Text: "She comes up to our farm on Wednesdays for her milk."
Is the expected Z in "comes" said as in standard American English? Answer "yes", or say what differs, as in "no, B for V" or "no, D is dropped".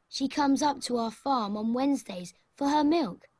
yes